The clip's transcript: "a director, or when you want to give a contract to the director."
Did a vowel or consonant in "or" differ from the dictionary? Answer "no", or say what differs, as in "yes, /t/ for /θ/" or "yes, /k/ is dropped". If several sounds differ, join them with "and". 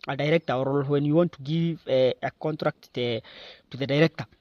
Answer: yes, /l/ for /ɹ/